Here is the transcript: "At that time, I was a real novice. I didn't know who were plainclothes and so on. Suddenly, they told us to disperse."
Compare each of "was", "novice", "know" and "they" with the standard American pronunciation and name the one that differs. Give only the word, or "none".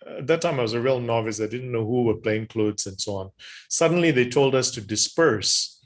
none